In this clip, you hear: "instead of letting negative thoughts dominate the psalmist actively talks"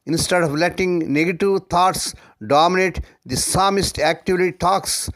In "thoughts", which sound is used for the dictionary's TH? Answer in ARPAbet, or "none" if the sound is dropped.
T